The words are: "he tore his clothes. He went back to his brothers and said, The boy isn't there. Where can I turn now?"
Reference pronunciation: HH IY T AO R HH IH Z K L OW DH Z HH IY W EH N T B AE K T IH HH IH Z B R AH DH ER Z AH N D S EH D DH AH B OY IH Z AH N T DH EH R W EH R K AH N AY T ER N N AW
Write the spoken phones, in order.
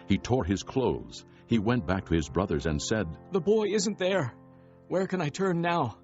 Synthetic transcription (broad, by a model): HH IY T AO R IH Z K L OW DH Z HH IY W EH N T B AE K T IH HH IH Z B R AH DH ER Z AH N S EH D DH AH B OY IH Z AH N T DH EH R W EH R K AH N AY T ER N N AW